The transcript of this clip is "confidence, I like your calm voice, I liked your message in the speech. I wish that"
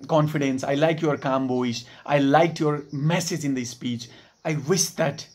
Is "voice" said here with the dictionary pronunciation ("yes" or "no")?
no